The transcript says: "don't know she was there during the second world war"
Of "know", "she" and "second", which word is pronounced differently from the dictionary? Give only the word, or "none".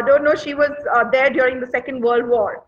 none